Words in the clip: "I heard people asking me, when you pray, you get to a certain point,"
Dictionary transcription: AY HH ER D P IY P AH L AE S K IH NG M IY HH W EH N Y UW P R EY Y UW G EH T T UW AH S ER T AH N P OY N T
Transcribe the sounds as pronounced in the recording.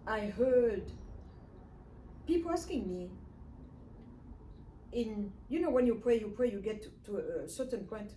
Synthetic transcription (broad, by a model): AY HH ER D P IY P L AE S K IH NG M IY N W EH N Y UW P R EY Y UW G EH T T UW AH S ER T AH N P OY N T